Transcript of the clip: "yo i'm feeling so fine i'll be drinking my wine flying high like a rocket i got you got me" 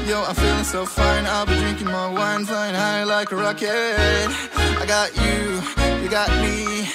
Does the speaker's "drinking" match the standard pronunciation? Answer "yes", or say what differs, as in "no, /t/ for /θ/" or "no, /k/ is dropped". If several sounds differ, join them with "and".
yes